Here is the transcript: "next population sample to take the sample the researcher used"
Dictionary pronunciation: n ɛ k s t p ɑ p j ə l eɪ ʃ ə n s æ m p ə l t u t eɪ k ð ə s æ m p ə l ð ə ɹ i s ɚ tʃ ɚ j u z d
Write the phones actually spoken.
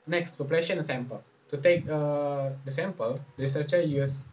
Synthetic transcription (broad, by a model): n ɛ k s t f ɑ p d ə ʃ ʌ ə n s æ m p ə l t u t eɪ k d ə s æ m p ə l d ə ɹ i s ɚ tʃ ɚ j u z